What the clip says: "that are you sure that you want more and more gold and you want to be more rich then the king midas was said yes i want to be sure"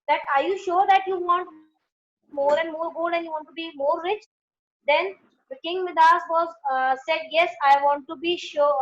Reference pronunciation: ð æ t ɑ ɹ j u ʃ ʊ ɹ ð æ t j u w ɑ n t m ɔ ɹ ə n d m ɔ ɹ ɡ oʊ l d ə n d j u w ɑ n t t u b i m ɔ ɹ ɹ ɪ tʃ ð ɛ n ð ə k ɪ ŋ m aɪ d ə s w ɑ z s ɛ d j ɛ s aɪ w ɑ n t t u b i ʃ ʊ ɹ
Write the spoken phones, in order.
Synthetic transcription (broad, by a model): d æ t ɑ ɹ j u ʃ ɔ ɹ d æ t j u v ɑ n t m ɔ ɹ ə n d m ɔ ɹ ɡ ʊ d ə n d j u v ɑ n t t u b i m ɔ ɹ ɹ ɪ tʃ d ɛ n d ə k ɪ ŋ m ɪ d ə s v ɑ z s ɛ d j ɛ s aɪ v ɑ n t t u b i ʃ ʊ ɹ